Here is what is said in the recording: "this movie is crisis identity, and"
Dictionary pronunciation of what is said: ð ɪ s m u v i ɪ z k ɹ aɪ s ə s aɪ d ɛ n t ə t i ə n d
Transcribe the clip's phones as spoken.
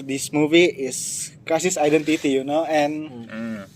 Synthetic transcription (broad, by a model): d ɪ s m u v i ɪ s k aɪ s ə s aɪ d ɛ n t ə t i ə n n